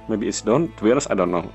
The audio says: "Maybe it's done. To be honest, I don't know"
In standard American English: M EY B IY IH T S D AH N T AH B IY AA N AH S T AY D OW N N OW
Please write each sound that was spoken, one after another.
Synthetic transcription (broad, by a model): M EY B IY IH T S D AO N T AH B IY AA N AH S AY D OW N N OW